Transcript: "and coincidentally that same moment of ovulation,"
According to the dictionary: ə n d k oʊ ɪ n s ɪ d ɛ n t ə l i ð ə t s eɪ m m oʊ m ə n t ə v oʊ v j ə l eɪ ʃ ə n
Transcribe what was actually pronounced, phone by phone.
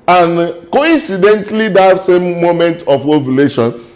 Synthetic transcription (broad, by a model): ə n k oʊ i n s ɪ d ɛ n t l i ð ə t s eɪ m m oʊ m ə n t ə w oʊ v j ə l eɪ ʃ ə n